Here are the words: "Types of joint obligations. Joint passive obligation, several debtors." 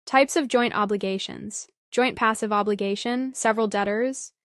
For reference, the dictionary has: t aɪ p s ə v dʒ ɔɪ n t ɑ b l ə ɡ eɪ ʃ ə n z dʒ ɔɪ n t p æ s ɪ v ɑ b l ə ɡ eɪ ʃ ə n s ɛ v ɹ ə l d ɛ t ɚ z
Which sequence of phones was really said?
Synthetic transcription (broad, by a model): t aɪ p s ə v dʒ ɔɪ n t ɑ b l ə ɡ eɪ ʃ ə n z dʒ ɔɪ n p æ s ɪ v ɑ b l ə ɡ eɪ ʃ ə n s ɛ v ɹ l d ɛ t ɚ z